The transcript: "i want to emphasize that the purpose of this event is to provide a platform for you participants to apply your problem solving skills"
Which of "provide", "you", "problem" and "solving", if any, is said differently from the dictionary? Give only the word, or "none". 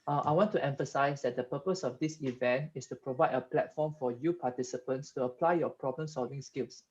none